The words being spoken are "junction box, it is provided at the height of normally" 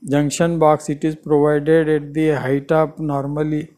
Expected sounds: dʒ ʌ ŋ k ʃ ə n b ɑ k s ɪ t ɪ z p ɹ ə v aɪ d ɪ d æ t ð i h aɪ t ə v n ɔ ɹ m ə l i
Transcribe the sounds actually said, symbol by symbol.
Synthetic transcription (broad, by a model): dʒ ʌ ŋ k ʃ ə n b ɑ k s ɪ t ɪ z p ɹ ə v aɪ d ɪ d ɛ t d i h aɪ t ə p n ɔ ɹ m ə l i